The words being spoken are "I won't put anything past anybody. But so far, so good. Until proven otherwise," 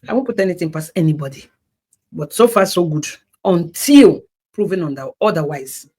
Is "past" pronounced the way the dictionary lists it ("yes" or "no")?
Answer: no